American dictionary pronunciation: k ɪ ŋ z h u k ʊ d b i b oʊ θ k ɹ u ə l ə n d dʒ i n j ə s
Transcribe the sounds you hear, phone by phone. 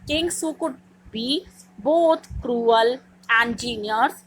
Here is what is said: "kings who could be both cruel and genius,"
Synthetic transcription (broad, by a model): k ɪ ŋ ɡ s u k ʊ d b i b oʊ t k ɹ u ə l ə n d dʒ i n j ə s